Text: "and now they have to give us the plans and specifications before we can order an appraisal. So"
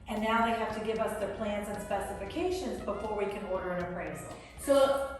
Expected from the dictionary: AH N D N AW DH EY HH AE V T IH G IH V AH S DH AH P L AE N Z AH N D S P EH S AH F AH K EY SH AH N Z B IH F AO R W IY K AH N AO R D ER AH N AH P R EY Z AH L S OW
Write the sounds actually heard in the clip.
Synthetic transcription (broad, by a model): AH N N AW DH EY HH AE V T IH G IH V AH S DH AH P L AE N Z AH N S P EH S AH F AH K EY SH AH N Z B IH F AO R W IY K AH N AO R D ER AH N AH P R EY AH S S OW